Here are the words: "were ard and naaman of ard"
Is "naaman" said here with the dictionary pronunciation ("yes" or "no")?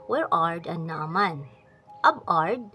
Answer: yes